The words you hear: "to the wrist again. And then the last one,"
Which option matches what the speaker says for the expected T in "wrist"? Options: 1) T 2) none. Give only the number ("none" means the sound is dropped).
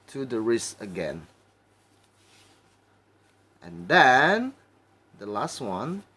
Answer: 2